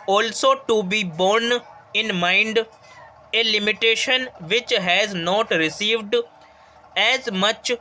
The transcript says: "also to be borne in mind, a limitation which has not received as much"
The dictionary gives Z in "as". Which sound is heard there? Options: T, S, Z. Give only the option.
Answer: Z